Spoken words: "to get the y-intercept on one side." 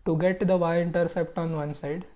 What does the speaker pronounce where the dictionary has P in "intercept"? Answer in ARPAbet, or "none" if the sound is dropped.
P